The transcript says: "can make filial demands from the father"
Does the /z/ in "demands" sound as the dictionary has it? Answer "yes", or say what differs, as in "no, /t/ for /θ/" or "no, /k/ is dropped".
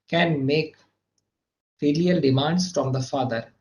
no, /s/ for /z/